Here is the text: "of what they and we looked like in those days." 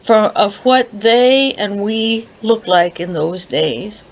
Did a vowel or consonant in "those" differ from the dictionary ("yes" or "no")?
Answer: no